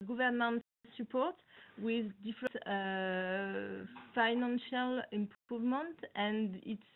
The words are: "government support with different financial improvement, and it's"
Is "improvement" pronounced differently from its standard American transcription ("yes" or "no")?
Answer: yes